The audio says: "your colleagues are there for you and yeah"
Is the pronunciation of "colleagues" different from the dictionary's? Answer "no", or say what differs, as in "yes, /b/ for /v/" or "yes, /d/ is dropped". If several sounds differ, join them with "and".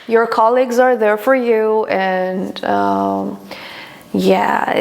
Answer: no